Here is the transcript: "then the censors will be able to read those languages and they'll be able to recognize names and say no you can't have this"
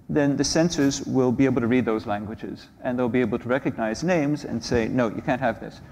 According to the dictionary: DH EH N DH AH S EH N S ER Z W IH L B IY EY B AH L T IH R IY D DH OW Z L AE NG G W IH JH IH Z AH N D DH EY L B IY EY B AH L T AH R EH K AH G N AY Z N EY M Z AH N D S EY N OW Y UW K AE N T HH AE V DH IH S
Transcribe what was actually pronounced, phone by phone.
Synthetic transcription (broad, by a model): DH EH N DH AH S EH N S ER Z W IH L B IY EY B L T IH R IY D DH OW Z L AE NG G W IH JH IH Z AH N DH EY L B IY EY B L T AH R EH K AH G N AY Z N EY M Z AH N S EY N OW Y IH K AE N T HH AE V DH IH S